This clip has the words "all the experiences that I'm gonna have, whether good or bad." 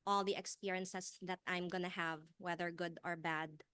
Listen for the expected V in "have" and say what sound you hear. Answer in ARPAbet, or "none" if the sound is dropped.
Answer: V